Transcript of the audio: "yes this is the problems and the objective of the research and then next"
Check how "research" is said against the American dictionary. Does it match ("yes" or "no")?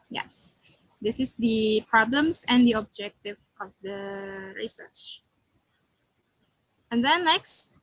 yes